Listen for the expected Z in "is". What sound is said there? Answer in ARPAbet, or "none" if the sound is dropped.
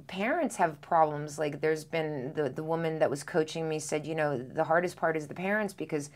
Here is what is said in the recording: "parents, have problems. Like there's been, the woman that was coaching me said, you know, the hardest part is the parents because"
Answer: Z